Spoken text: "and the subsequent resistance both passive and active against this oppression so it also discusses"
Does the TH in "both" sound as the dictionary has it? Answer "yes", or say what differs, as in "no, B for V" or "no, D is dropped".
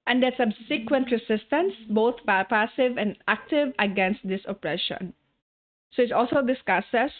no, T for TH